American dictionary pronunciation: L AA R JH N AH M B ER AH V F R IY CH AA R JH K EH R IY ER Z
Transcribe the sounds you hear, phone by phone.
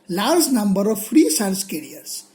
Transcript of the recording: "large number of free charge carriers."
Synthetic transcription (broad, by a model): L AA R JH N AH M B ER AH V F R IY S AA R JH K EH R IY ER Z